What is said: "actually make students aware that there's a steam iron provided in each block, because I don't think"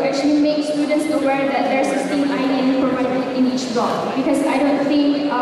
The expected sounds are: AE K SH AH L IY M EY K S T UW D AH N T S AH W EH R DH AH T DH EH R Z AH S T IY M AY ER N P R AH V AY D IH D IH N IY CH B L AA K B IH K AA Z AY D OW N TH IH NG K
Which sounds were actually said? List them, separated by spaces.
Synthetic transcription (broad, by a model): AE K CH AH L IY M EY K S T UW D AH N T S AH W EH R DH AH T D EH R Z AH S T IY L AY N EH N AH P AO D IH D IH N IY CH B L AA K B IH K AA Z AY D OW N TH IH NG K